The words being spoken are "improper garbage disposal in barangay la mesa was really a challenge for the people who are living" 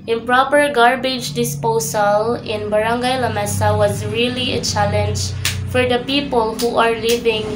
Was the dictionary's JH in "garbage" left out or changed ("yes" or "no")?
no